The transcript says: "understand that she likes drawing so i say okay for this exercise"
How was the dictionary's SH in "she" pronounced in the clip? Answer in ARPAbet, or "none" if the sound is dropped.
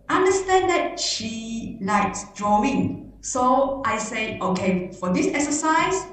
SH